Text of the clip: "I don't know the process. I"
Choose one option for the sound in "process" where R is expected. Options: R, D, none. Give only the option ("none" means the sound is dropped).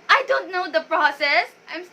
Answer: R